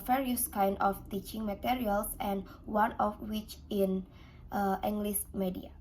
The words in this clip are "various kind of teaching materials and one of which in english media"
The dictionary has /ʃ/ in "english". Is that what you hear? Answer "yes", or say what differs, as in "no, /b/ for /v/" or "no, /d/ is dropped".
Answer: no, /s/ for /ʃ/